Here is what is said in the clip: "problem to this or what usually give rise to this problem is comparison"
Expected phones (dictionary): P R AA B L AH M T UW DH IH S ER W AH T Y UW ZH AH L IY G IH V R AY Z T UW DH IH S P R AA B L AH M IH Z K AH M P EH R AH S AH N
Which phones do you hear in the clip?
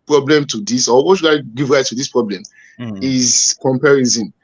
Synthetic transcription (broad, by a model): P R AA B L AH M T UW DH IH S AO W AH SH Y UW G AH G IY V R AY T UW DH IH S P R AA B L AH M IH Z K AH M P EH R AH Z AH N